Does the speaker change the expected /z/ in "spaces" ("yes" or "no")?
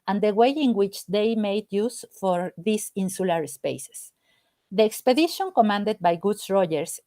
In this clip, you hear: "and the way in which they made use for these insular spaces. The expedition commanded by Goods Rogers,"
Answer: yes